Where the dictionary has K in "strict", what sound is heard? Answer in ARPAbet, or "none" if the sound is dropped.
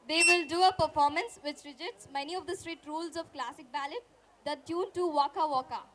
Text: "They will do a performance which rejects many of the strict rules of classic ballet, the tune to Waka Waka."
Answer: none